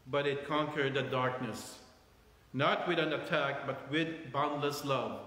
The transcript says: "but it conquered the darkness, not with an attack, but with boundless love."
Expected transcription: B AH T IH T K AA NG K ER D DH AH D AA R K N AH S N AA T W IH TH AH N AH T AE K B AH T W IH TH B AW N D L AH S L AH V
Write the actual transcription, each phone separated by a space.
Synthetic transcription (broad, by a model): B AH T IH T K AA NG K ER D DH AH D AA R K N AH S N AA T W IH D AH N AH T AE K B AH T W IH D B AW N D L AH S L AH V